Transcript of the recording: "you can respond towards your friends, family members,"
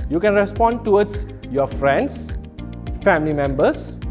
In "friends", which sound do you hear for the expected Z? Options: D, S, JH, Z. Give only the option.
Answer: S